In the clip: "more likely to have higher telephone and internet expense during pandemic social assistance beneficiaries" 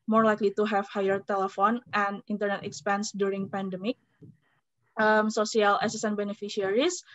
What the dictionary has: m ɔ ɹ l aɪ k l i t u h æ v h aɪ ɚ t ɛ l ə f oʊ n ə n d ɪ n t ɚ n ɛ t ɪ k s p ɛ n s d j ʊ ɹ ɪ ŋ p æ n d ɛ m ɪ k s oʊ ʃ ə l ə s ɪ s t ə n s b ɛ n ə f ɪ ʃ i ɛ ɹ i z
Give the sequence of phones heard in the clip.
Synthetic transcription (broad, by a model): m ɔ ɹ l aɪ k l i t u h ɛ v h aɪ ɚ t ɛ l ə f oʊ n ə n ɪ n t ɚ n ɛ t ɪ k s p ɛ n s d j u ɹ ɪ ŋ p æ n d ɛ m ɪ k s oʊ s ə l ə s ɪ s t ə n b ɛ n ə f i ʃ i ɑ ɹ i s